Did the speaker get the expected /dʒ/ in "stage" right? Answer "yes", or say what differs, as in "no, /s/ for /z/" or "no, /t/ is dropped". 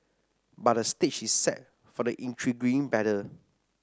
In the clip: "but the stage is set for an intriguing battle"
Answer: no, /tʃ/ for /dʒ/